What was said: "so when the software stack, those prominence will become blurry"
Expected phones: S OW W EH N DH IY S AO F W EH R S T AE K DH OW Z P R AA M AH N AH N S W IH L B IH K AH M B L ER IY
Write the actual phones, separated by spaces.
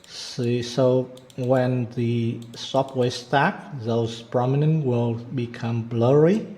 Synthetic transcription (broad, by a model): S OW W EH N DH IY S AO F W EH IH S T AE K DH OW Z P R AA M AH N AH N W IH L B IH K AH M B L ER IY